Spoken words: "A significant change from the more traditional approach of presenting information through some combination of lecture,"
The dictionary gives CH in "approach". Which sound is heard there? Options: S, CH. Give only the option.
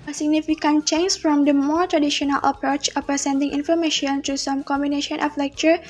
CH